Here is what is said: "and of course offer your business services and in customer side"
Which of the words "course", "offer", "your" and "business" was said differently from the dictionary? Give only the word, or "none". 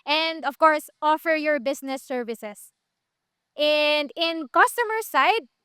business